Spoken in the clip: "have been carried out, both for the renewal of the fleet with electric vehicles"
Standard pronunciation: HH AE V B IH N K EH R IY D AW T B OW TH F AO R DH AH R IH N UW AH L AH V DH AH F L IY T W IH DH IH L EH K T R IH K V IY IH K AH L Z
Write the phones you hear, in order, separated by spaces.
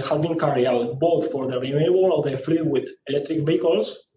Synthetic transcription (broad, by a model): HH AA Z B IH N K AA R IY AW T B OW TH F AO R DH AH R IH L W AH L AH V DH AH F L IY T W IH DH IH L EH K T R IH K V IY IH K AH L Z